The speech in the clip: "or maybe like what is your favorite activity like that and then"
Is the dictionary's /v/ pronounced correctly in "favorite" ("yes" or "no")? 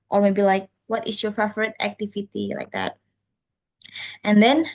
no